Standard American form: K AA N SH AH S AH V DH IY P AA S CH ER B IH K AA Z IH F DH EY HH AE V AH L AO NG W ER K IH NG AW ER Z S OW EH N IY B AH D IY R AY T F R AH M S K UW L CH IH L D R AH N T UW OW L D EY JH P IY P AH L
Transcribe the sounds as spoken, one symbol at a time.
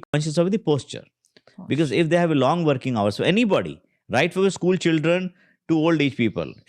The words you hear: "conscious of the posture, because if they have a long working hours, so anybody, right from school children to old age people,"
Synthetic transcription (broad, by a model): K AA N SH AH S AH V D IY P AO S CH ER B IH K AA Z IH F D EY HH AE V AH L AO NG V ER K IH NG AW ER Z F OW EH N IY B AH D IY R AY T F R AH S K UW L CH IH L D R AH N T UW OW L D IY CH P IY P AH L